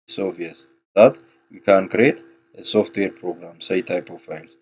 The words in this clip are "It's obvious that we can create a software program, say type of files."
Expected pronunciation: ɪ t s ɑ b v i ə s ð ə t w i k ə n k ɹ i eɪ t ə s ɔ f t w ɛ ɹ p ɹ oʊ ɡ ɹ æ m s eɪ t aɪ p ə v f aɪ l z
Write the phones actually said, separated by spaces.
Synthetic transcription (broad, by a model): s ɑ v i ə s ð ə t w i k ə n k ɹ i eɪ t ə s ɔ f t w ɛ ɹ p ɹ oʊ ɡ ɹ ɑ m s eɪ t aɪ p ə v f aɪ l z